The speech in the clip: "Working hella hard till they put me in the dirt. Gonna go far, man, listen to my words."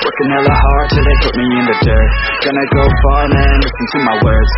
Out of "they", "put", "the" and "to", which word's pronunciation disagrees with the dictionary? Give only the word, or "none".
none